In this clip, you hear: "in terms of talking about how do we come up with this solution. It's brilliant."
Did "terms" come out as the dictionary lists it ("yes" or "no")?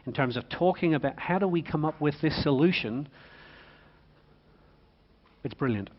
yes